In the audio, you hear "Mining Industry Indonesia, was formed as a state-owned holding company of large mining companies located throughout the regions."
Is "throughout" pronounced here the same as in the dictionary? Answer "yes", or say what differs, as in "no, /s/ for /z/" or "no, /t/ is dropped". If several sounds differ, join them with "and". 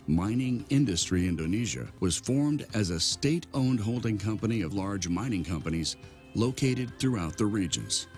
yes